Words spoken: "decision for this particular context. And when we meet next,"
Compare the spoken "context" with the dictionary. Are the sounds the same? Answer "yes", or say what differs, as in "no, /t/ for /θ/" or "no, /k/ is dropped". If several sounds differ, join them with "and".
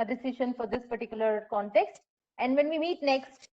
yes